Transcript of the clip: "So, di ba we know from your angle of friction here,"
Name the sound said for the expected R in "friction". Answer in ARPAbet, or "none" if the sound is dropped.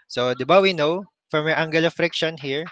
R